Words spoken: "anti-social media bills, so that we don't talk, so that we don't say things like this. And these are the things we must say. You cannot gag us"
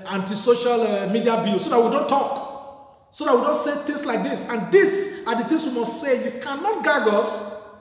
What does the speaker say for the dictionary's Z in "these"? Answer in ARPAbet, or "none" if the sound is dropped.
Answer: S